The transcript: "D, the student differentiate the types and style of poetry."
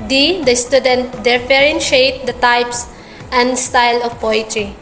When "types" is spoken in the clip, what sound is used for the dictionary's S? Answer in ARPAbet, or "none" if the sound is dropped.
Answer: S